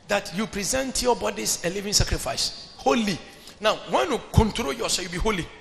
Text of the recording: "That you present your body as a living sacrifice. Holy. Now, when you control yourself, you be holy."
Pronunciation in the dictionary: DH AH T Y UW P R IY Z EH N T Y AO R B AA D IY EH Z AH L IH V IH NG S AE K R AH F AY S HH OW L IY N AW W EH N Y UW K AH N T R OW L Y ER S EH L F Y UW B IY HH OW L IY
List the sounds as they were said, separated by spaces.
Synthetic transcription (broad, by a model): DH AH T Y UW P R IY Z EH N T Y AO B AA D IY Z AH L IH V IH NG S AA K R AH F AY S HH OW L IY N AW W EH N Y UW K AH N T R OW L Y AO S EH Y UW B IY HH OW L IY